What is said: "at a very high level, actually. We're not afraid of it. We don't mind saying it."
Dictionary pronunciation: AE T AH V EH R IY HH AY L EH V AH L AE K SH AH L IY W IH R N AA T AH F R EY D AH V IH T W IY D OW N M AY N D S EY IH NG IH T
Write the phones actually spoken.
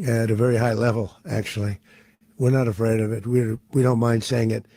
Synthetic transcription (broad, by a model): T AH V EH R IY HH AY L EH V L AE K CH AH L IY W IH R N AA T AH F R EY D AH V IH T W IY D OW N M AY N D S EY IH NG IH T